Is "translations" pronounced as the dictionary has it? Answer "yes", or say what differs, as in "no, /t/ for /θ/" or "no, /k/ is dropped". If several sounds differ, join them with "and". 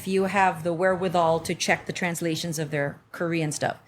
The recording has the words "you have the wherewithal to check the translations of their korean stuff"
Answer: yes